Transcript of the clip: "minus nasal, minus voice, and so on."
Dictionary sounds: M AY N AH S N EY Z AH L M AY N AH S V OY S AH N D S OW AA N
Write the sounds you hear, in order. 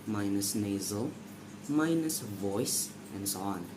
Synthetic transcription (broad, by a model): M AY N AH S N EY Z AH L M AY N AH S V OY S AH N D S OW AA N